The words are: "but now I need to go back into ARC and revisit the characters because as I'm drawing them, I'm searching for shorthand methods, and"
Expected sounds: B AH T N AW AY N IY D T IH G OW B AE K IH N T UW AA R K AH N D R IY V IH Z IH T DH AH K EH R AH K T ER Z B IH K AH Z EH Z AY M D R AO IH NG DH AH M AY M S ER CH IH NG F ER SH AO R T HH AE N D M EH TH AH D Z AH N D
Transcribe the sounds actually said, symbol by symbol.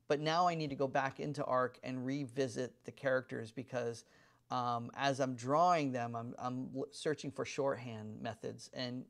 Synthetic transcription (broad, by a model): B AH T N AW AY N IY D T IH G OW B AE K IH N T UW AA R K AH N R IY V IH Z IH T DH AH K EH R AH K T ER Z B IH K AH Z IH Z AY M D R AO IH NG DH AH M AY M S ER CH IH NG F ER SH AO R T HH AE N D M EH TH AH D Z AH N